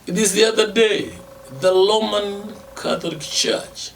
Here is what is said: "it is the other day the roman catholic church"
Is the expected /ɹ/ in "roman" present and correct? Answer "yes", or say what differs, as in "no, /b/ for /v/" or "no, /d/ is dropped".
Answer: no, /l/ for /ɹ/